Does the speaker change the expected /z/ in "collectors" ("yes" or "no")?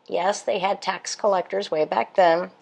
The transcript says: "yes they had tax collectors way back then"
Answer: no